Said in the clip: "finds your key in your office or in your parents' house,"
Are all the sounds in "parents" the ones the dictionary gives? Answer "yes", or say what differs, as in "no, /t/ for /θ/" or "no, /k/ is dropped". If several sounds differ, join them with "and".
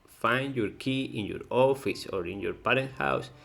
no, /s/ is dropped